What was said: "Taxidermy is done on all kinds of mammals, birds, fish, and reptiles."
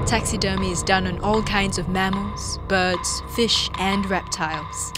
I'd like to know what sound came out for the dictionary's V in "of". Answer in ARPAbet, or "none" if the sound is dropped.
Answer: V